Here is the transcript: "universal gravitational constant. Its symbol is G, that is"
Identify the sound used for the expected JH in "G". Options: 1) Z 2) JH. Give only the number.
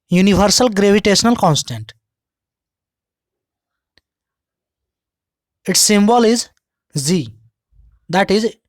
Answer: 1